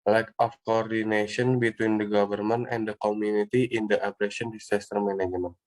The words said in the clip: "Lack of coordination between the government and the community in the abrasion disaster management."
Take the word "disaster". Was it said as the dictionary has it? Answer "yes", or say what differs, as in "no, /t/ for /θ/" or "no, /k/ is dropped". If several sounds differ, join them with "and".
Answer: no, /s/ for /z/